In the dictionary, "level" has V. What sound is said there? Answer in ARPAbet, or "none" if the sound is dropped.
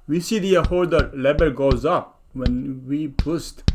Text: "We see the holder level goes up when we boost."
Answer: B